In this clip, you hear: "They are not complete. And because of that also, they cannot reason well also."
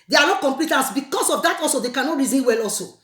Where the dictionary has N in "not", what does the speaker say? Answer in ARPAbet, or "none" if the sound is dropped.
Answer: L